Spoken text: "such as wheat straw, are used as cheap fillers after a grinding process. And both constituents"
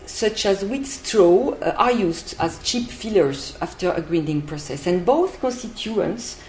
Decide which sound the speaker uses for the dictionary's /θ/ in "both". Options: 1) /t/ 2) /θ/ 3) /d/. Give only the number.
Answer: 2